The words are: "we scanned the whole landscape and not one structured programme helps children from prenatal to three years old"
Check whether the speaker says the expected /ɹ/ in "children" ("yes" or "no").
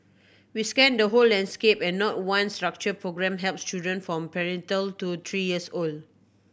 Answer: no